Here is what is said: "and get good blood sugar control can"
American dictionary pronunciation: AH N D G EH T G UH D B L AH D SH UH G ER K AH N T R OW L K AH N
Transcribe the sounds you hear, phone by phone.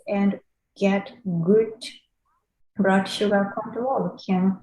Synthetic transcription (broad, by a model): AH N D G EH T G UH D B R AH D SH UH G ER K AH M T OW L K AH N